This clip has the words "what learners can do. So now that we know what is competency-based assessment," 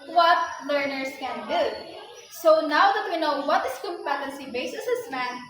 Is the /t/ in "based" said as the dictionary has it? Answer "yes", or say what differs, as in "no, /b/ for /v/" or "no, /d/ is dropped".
no, /t/ is dropped